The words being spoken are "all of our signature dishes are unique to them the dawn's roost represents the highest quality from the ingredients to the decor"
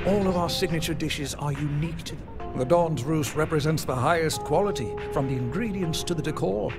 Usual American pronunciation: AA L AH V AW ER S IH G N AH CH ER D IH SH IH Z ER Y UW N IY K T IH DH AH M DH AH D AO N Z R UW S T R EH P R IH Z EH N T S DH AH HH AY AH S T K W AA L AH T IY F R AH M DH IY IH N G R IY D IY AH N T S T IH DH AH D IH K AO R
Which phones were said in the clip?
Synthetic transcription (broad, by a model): AA L AH V AW ER S IH G N AH CH ER D IH SH IH Z ER Y UW N IY K T IH DH AH M DH AH D AO N Z R UW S R EH P R IH Z EH N T S DH AH HH AY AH S K W AA L AH T IY F R AH M DH IY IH N G R IY D IY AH N S T IH DH AH D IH K AO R